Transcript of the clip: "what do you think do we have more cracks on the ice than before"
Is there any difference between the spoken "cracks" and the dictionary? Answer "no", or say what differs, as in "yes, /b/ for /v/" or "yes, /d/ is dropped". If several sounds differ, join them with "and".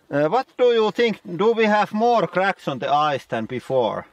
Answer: no